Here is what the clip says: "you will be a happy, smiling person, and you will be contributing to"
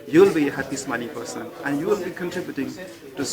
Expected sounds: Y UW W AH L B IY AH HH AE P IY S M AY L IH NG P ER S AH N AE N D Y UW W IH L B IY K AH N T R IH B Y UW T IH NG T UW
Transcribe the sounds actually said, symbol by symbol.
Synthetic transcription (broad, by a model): Y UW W L B IY AH HH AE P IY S M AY N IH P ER S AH N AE N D Y UW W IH L B IY K AH N T R IH B Y UW T IH NG T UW